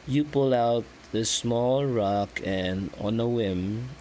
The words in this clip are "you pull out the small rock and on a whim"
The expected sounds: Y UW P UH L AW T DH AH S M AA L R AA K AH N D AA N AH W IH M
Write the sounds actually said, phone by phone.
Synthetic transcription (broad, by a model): Y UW P UH L AW T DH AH S M AA L R AA K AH N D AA N AH W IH M